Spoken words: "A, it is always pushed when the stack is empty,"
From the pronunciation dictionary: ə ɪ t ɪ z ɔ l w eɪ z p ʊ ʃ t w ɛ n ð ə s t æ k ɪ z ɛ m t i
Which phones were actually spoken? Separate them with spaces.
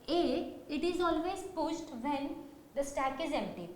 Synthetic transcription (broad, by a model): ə ɪ t ɪ z ɔ l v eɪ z p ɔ s t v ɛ n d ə s t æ k ɪ z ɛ m t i